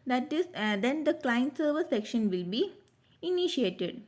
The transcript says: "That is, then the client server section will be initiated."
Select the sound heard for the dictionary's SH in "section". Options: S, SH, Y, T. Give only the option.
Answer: SH